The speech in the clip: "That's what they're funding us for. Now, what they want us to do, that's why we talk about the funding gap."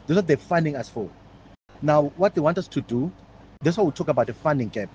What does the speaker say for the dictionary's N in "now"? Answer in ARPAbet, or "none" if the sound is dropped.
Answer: N